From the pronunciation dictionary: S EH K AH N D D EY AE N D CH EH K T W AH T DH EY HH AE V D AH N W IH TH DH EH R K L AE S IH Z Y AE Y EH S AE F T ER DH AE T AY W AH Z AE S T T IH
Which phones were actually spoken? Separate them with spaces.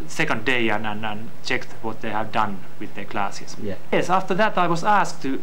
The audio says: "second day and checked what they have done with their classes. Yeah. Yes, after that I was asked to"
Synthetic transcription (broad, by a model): S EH K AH N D D EY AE N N CH EH K T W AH T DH EY HH AE V D AH N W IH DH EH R K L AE S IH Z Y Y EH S AE F T ER DH AE T AY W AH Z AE S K T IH